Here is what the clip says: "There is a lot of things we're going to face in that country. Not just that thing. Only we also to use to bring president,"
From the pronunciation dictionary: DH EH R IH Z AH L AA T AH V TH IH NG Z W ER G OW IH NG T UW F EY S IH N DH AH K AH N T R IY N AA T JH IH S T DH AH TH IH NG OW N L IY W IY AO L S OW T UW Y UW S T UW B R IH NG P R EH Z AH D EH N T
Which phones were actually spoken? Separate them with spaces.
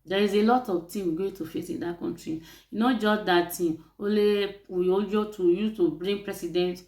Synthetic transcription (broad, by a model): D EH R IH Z AH L AA T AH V T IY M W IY G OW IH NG T UW F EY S IH N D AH K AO N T R IY N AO JH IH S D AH T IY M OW L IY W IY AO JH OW T UW Y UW T UW B R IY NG P R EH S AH D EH N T